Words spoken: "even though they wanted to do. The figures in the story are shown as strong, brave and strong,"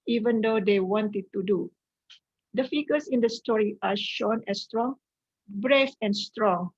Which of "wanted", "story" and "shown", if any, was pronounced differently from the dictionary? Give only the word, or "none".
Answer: none